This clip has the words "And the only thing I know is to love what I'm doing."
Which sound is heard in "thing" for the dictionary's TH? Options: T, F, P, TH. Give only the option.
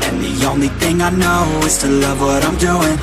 TH